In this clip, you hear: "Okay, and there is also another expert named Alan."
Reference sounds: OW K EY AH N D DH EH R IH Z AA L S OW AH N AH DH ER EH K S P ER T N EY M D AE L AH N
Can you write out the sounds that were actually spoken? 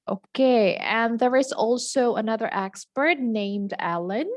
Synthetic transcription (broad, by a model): OW K EY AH N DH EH R IH Z AA L S OW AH N AH DH ER EH K S P ER T N EY M D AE L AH N